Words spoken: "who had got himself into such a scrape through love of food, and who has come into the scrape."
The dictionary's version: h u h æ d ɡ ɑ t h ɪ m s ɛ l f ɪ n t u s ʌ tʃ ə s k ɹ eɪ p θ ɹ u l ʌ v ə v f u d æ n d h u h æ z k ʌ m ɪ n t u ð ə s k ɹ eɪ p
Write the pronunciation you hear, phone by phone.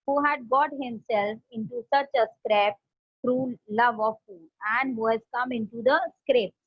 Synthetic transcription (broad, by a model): h u h æ d ɡ ɑ t h ɪ m s ɛ l f ɪ n t u s ʌ tʃ ə s k ɹ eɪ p t ɹ u l ʌ v ə v f u d æ n d h u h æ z k ʌ m ɪ n t u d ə s k ɹ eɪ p